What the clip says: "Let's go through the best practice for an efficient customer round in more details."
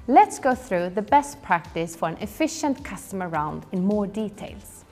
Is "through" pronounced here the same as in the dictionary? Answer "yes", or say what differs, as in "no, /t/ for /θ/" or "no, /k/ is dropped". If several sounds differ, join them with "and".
yes